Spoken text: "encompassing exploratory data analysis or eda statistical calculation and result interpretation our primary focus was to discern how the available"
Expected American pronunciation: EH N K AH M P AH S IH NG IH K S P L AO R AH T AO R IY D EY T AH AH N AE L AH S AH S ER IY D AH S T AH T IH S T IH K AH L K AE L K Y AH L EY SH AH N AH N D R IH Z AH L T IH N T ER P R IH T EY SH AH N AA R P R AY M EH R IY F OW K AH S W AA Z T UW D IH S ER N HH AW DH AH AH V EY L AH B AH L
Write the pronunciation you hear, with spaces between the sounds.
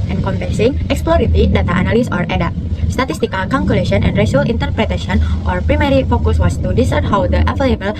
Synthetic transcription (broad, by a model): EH N K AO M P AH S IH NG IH K S P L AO R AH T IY D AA T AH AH N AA L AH S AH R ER D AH S T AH T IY S T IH K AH L K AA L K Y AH L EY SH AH N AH N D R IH S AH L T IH N T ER P R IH T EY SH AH N AA R P R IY M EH R IY F OW K AH S W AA S T UW D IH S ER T HH AW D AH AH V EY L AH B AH L